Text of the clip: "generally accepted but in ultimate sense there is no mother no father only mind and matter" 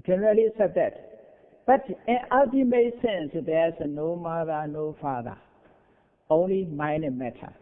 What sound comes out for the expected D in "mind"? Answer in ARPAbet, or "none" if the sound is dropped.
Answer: none